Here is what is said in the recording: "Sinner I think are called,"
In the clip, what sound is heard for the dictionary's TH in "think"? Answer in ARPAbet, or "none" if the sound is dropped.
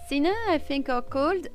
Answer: F